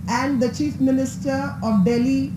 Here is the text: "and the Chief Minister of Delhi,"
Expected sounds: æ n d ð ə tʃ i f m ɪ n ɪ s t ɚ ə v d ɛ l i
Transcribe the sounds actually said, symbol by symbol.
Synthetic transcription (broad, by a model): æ n d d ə tʃ i f m ɪ n ɪ s t ɚ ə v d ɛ l i